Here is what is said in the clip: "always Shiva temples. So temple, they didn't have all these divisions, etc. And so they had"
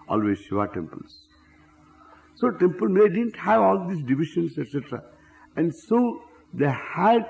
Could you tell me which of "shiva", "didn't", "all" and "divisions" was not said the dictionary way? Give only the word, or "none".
divisions